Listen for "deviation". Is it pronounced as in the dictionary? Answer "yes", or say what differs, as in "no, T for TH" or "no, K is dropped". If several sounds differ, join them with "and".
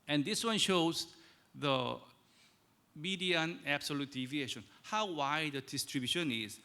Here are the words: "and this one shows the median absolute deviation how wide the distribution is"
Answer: yes